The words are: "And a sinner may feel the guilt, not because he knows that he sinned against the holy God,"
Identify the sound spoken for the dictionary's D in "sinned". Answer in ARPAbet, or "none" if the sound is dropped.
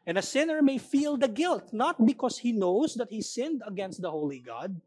D